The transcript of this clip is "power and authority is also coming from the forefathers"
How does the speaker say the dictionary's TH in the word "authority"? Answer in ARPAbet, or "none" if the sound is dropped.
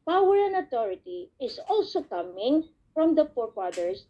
T